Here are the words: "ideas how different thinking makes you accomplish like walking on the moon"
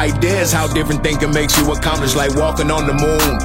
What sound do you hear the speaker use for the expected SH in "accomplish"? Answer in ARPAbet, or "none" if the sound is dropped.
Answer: S